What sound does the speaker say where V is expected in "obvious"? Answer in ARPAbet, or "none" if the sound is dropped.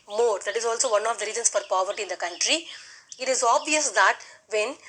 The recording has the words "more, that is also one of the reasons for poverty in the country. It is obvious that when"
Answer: V